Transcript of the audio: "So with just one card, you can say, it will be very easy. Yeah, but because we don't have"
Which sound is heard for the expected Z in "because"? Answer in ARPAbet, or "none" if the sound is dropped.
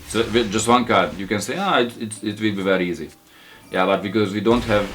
Z